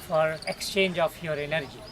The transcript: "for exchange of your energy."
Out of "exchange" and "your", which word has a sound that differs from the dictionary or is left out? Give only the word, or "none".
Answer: none